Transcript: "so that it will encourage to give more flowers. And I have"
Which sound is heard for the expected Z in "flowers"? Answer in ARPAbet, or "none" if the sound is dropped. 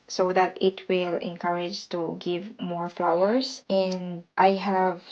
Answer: S